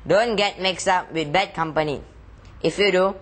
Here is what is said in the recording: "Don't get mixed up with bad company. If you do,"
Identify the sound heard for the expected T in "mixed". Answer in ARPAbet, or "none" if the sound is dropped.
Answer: none